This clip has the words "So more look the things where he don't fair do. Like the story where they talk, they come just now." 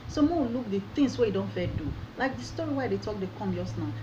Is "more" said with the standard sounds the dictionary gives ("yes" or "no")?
no